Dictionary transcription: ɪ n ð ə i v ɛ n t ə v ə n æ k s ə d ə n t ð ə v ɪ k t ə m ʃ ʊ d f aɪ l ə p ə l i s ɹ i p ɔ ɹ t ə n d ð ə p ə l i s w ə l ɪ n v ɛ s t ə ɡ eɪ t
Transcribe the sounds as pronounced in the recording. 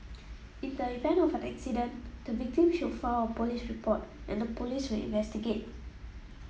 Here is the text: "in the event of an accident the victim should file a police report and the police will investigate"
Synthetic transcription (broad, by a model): ɪ n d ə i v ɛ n ə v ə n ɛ k s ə d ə n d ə v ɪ k t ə m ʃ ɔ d f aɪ w ə p ə l i s ɹ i p ɔ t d ə n d ə p ə l i s w ə l ɪ n v ɛ s t ə ɡ eɪ t